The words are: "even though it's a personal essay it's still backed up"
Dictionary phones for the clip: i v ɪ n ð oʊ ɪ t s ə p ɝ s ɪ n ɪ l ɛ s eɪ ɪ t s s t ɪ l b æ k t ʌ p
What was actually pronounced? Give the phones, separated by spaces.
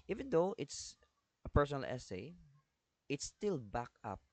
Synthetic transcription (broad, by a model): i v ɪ n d oʊ ɪ t s ə p ɝ s ɪ n ɪ l ɛ s eɪ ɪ t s s t ɪ l b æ k ʌ p